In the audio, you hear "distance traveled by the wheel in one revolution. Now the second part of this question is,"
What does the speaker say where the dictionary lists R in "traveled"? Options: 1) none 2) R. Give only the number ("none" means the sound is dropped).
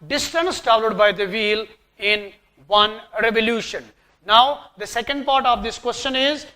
1